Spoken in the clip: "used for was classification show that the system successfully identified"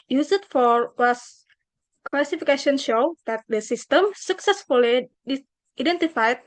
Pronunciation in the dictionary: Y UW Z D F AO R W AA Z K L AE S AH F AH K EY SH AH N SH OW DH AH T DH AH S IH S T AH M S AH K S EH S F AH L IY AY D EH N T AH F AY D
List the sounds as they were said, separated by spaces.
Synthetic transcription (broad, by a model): Y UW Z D F AO R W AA S K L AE S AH F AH K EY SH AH N SH OW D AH T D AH S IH S T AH M S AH K S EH S F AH L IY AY D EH N T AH F AY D